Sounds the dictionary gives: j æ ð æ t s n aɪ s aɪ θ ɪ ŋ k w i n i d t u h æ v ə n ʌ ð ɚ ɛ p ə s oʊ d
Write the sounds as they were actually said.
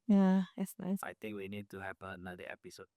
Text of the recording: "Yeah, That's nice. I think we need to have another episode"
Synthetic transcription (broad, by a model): j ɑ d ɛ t s n aɪ s aɪ t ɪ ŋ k w i n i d t u h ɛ p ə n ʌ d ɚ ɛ p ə s oʊ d